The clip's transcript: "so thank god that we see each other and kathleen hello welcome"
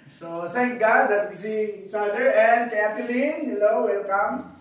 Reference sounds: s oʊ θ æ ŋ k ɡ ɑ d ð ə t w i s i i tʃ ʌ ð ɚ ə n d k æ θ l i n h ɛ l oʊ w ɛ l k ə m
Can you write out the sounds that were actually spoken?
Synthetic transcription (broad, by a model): s oʊ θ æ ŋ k ɡ ɑ d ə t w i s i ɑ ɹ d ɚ ə n d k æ t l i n h ɛ l oʊ w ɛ l k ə m